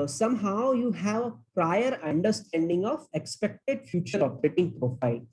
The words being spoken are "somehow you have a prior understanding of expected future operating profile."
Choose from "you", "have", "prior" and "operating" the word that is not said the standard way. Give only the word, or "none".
operating